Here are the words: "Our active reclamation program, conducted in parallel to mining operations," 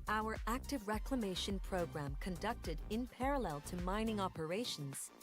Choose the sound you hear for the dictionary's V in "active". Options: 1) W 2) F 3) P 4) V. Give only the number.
4